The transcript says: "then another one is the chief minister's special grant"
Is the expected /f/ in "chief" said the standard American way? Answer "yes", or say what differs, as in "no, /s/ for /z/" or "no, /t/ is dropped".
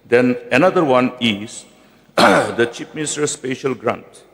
no, /p/ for /f/